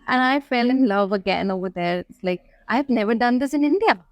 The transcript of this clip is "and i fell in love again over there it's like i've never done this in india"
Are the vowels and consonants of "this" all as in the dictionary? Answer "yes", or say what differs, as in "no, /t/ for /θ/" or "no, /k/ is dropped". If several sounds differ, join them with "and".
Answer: yes